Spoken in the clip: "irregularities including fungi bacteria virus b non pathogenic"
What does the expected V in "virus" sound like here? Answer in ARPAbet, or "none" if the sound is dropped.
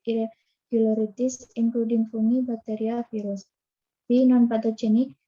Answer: F